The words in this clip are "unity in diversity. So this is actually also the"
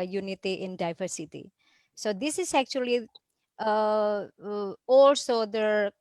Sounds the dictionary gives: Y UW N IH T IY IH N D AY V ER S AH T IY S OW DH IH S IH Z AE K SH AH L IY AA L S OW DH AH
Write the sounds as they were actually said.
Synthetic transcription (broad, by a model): Y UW N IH T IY IH N D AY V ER S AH T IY S OW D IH S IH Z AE K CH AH L IY AA L S OW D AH